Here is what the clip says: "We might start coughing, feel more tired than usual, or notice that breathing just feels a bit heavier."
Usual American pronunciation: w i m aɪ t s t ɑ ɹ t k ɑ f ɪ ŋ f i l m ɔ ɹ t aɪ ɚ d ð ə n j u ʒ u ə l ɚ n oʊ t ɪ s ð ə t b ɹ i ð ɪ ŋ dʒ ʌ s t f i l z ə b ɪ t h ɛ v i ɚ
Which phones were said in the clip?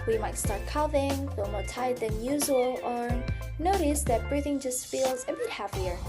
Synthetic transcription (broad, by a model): w i m aɪ t s t ɑ ɹ t k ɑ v ɪ ŋ f i l m ɔ ɹ t aɪ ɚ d ð ə n j u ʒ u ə l ɚ n oʊ t ɪ s ð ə t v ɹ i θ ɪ ŋ dʒ ʌ s t f i l z ə b ɪ t h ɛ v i ɚ